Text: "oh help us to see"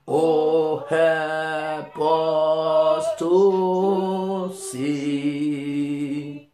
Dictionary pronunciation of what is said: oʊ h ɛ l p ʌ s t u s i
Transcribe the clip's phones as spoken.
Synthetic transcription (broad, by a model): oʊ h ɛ p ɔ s t u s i